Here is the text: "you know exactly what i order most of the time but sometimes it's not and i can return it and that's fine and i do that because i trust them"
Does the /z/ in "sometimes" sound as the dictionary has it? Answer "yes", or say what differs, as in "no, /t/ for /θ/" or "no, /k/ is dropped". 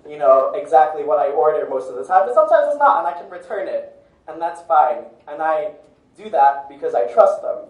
yes